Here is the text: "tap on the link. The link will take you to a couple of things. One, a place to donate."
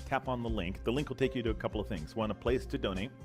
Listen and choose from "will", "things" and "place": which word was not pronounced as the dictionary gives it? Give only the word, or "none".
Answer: none